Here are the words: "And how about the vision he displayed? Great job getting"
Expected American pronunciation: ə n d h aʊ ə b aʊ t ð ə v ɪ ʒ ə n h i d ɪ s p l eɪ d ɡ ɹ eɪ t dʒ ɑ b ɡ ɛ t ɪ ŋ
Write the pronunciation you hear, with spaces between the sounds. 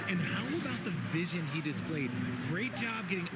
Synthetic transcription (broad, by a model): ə n h aʊ ə b aʊ t ð ə v ɪ ʒ ə n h i d ɪ s p l eɪ d ɡ ɹ eɪ t dʒ ɑ b ɡ ɛ t ɪ ŋ